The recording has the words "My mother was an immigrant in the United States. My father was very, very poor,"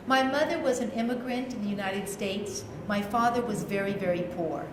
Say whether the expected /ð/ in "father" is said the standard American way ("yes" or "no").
yes